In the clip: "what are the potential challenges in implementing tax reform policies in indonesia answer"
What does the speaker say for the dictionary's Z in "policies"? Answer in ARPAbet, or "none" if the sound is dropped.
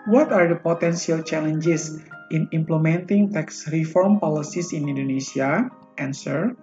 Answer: S